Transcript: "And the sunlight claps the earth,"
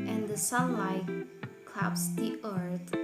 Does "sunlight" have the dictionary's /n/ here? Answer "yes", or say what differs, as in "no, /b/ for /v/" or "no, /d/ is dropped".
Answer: no, /n/ is dropped